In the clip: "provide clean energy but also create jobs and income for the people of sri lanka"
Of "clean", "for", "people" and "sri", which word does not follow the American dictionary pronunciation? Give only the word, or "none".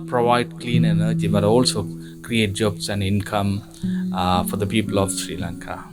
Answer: none